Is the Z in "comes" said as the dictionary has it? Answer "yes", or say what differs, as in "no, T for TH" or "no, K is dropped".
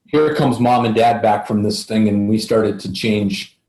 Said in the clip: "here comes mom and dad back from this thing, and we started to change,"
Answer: yes